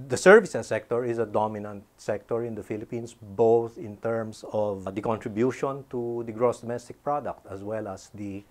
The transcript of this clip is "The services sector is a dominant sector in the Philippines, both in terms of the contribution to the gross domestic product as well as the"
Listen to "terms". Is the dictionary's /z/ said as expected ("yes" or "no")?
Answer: no